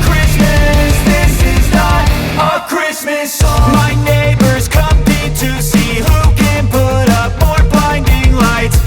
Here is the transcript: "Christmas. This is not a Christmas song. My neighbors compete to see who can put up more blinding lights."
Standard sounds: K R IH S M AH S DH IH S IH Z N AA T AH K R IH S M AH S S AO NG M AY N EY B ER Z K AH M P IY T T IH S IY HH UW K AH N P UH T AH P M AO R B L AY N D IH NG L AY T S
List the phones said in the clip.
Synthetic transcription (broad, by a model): K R IH S M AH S DH IH S IH Z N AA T AH K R IH S M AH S S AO M AY N EY B ER Z K AH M IH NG T IH S IY HH UW K AH N P UH T AH P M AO R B AY N D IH NG L AY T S